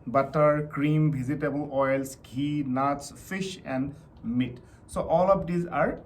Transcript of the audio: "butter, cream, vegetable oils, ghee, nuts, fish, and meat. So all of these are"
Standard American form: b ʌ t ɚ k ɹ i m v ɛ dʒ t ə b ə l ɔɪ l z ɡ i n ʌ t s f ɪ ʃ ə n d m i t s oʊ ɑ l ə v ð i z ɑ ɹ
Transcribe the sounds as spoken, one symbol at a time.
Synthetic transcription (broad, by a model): b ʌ t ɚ k ɹ i m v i z t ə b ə l ɔɪ l s ɡ i n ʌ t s f ɪ ʃ ə n d m i t s oʊ ɑ l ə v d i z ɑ ɹ